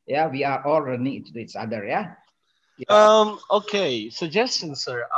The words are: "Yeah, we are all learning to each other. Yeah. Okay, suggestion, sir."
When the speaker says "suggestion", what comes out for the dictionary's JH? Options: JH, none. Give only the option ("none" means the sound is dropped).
JH